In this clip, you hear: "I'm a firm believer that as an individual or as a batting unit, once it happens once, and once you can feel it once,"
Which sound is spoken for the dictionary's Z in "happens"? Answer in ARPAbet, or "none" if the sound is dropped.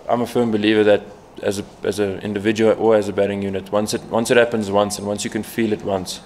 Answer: Z